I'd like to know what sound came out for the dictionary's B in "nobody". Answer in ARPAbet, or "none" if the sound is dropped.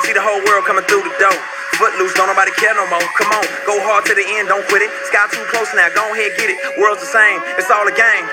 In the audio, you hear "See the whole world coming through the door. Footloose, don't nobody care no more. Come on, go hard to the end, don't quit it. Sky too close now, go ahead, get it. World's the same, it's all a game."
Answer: none